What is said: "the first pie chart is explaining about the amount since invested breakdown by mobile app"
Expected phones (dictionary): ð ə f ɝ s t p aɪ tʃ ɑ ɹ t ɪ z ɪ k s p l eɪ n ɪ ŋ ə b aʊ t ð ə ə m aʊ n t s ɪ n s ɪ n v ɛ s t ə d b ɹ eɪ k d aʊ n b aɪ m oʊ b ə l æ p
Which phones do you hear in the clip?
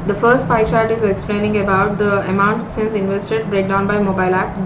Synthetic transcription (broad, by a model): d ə f ɝ s t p aɪ tʃ ɑ ɹ t ɪ z ɪ k s p l eɪ n ɪ ŋ ə b aʊ t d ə ə m aʊ n t s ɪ n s ɪ n v ɛ s t ə d b ɹ eɪ k d aʊ n b aɪ m oʊ b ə l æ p